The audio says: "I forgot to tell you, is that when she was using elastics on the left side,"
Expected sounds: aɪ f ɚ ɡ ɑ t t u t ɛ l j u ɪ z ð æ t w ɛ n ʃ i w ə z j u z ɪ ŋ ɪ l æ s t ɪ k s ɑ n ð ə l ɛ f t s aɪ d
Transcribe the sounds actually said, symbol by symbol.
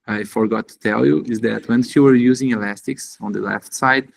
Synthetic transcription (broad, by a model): aɪ f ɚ ɡ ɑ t t u t ɛ l j u ɪ z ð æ t w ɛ n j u w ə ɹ j u z ɪ ŋ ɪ l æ s t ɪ k s ɑ n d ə l ɛ f t s aɪ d